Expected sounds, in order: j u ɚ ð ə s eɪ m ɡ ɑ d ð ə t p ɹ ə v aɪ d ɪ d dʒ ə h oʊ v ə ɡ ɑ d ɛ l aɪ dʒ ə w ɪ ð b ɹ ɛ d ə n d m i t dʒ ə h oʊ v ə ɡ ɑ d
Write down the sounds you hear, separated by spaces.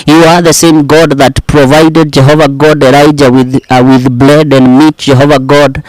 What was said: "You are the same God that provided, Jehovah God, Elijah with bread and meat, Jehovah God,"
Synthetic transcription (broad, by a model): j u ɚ ð ə s eɪ m ɡ ɑ d ð ə t p ɹ ə v aɪ d ɪ d dʒ ə h oʊ v ə ɡ ɑ d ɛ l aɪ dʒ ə w ɪ ð b l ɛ d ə n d m i t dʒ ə h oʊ v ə ɡ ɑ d